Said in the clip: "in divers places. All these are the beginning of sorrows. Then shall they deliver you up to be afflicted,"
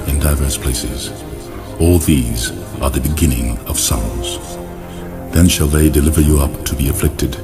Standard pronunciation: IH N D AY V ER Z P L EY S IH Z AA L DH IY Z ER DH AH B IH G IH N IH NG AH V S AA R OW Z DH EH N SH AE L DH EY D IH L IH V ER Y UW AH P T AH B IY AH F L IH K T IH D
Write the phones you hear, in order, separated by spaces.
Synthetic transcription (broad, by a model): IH N D AY V ER S P L EY S IH Z AA L DH IY Z ER DH AH B IH G IH N IH NG AH V S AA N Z DH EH N SH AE L DH EY D IH L IH V ER Y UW AH P T AH B IY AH F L IH K T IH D